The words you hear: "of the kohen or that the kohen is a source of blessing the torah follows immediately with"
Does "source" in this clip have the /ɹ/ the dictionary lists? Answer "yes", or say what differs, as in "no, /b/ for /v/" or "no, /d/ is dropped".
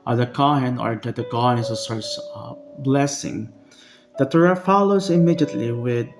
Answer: yes